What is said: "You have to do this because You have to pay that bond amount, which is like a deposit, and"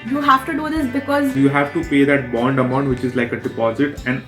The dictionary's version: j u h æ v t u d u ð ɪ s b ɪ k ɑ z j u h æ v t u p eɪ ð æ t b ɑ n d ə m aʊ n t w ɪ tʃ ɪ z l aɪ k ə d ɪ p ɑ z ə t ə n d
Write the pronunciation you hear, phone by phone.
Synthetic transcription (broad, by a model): j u h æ t u d u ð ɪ s b ɪ k ɑ z j u h æ v t u p eɪ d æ t b ɑ n d ə m aʊ n t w ɪ tʃ ɪ z l aɪ k ə d ɪ p ɑ z ə t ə n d